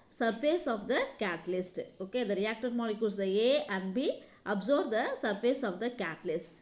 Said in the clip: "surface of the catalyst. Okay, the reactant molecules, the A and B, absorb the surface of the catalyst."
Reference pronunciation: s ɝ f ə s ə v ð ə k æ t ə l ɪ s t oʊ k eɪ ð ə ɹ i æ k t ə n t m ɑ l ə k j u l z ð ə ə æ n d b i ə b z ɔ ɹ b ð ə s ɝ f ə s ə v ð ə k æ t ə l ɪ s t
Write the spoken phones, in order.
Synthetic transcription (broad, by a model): s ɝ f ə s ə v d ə k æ t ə l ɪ s t oʊ k eɪ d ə ɹ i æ k t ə t m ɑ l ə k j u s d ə ə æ n d b i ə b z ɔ ɹ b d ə s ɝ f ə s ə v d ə k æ t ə l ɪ s t